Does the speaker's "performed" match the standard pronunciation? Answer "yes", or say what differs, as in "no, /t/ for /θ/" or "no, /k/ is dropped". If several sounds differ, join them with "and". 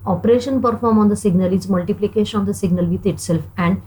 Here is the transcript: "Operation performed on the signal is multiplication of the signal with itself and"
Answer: no, /d/ is dropped